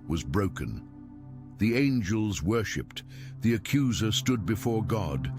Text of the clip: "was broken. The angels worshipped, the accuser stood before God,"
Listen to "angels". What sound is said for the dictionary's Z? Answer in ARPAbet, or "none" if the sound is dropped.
Z